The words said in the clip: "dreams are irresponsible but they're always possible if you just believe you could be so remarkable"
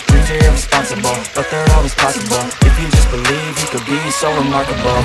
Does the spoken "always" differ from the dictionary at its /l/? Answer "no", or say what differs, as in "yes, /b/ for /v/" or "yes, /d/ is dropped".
yes, /l/ is dropped